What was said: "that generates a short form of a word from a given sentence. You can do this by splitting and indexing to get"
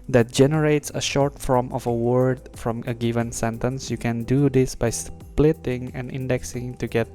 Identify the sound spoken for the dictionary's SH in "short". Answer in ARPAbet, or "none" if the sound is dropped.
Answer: SH